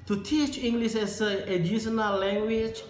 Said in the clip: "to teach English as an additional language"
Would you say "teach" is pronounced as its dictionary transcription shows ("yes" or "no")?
yes